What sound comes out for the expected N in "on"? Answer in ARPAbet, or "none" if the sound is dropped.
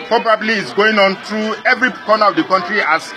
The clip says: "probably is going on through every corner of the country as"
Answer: N